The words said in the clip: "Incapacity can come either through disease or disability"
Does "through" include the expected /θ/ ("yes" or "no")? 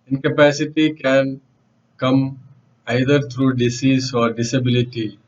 no